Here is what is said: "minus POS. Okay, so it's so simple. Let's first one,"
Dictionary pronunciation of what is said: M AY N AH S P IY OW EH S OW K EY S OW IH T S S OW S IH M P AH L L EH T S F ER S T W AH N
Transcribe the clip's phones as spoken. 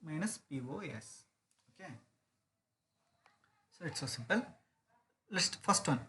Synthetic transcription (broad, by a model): M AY N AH S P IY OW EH S OW K EY S OW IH T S S OW S IH M P AH L L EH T S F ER S T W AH N